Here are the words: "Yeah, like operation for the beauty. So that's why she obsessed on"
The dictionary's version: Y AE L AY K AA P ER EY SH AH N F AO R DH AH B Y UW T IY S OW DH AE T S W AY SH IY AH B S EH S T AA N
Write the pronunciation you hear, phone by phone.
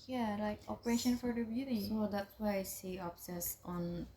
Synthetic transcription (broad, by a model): Y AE L AY K AA P ER EY SH AH N F AO R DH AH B Y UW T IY S OW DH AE T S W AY S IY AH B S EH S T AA N